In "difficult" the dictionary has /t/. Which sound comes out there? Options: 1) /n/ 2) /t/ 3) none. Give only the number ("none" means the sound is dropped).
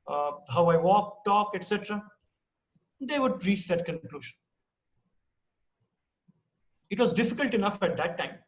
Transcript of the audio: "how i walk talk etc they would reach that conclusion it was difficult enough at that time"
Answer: 2